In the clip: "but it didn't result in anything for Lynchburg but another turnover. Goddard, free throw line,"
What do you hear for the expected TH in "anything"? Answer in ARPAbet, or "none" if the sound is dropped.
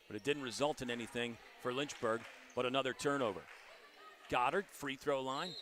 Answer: TH